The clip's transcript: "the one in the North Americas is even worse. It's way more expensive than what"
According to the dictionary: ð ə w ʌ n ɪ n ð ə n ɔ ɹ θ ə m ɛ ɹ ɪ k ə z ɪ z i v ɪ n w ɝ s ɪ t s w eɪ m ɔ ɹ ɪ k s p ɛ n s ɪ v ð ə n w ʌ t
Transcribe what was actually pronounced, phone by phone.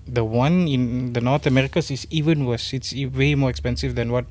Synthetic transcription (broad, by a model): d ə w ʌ n ɪ n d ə n ɔ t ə m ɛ ɹ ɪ k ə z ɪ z i v ɪ n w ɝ s ɪ t s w eɪ m ɔ ɹ ɪ k s p ɛ n s ɪ v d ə n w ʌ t